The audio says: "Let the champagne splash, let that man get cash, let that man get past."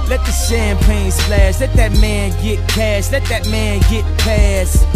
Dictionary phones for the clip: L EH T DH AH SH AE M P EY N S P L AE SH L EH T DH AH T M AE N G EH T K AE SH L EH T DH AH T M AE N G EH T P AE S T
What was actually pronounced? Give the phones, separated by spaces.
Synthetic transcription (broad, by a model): L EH T DH AH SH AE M P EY N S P L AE S L EH T DH AH T M AE N G EH T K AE S L EH T DH AH T M AE N G EH T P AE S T